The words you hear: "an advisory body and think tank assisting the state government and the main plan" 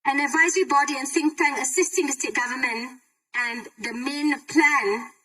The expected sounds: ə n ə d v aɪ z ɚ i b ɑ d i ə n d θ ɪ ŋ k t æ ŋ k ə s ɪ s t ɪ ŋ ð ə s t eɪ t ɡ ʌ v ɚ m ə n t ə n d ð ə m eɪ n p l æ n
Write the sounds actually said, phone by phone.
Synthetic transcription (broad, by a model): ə n ə d v aɪ z ɚ i b ɑ d i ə n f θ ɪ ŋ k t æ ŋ ə s ɪ s t ɪ ŋ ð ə s t eɪ t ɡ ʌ v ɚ m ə n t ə n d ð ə m eɪ n p l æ n